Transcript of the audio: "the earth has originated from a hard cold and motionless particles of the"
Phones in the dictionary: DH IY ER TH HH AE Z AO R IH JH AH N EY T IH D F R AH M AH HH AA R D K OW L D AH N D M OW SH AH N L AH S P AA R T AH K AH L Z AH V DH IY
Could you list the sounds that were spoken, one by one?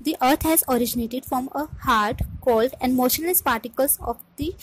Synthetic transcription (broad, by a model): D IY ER T HH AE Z AO R IH JH AH N EY T IH D F R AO M AH HH AA R D K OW L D AH N D M OW SH AH N L AH S P AA R T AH K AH L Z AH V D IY